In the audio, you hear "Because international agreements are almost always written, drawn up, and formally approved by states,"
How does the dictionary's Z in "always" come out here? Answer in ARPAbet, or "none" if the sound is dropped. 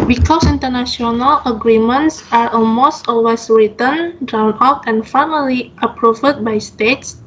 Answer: S